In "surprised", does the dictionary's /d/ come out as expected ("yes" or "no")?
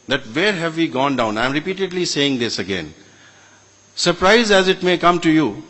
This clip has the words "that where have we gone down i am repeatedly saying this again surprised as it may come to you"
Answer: no